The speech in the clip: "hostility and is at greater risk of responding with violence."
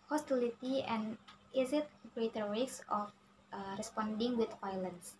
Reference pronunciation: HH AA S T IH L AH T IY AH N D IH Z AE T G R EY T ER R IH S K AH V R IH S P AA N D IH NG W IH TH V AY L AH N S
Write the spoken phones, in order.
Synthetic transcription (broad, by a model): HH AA S T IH L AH T IY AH N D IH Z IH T G R EY T ER W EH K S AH F R IH S P AA N D IH NG W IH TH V AY L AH N S